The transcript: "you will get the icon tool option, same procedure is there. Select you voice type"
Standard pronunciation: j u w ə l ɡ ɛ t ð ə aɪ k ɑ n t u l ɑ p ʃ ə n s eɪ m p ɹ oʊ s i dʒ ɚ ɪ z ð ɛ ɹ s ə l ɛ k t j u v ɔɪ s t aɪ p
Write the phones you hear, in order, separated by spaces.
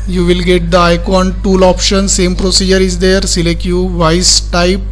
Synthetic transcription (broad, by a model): j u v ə l ɡ ɛ t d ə aɪ k ɑ n t u l ɑ p ʃ ə n s eɪ m p ɹ oʊ s i dʒ ɚ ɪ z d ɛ ɹ s ə l ɛ k t j u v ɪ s t aɪ p